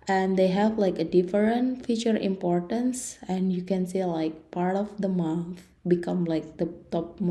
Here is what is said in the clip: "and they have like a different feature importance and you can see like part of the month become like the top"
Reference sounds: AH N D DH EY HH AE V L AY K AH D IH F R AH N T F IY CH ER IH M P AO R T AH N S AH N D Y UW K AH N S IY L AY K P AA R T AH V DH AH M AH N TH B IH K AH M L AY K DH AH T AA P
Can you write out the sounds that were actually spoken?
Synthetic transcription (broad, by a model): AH N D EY HH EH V L AY K AH D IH F R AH N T F IY CH ER IH M P AO R T AH N S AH N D Y UW K AH N S IY L AY K P AA R T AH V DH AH M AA TH B IH K AH M L AY K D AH T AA P